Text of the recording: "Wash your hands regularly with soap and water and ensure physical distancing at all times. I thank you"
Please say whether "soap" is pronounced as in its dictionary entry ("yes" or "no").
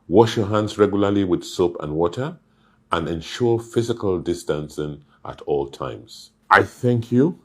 yes